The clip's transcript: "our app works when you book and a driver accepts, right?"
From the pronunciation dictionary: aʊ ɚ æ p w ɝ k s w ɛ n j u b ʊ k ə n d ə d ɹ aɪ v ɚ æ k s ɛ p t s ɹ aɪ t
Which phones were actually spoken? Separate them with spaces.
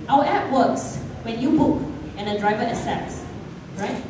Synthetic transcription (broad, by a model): aʊ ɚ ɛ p w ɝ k s w ɛ n j u b ʊ k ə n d ə d ɹ aɪ v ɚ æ s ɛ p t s ɹ aɪ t